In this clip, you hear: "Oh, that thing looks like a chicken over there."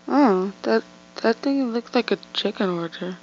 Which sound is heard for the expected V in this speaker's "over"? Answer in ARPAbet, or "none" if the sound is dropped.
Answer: none